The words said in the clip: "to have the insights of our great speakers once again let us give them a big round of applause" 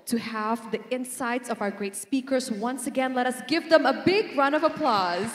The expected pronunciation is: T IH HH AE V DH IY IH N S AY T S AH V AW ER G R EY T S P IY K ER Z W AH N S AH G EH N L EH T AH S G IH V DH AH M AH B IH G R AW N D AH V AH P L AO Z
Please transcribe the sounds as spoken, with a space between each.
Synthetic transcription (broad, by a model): T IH HH AE V DH IY IH N S AY T S AH V AW ER G R EY T S P IY K ER Z W AH N S AH G EH N L EH T AH S G IH V DH AH M AH B IH G R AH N AH V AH P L AO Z